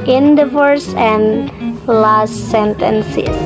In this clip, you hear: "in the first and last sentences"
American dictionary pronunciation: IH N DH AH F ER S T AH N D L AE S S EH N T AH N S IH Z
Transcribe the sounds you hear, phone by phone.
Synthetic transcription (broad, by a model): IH N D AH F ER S AH N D L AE S S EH N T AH N S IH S